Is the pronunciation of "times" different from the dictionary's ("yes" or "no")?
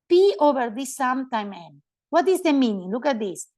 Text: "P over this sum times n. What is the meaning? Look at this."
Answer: yes